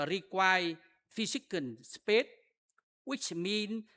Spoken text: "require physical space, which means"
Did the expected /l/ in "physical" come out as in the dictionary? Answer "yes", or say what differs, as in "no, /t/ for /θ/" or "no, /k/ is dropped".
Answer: no, /n/ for /l/